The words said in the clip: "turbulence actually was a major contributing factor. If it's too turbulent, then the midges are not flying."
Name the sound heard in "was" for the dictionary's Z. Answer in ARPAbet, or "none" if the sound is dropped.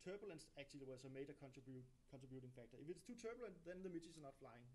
S